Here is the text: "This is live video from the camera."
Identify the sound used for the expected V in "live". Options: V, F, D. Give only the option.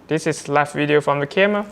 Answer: F